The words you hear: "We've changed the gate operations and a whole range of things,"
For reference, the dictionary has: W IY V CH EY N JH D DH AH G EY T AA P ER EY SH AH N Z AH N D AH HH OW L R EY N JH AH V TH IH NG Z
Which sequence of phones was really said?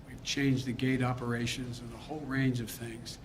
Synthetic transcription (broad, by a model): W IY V CH EY N JH DH AH G EY T AA P ER EY SH AH N Z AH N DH AH HH OW L R EY N JH AH V TH IH NG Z